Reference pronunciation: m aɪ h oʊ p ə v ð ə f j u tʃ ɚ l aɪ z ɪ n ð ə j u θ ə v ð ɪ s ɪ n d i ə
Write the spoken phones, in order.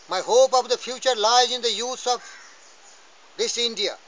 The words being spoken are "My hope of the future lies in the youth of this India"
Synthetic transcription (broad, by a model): m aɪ h oʊ p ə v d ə f j u tʃ ɚ l aɪ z ɪ n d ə j u s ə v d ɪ s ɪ n d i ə